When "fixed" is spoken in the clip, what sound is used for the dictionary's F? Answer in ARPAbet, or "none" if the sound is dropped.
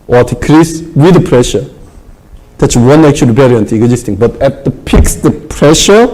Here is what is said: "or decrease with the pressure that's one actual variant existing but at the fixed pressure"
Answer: P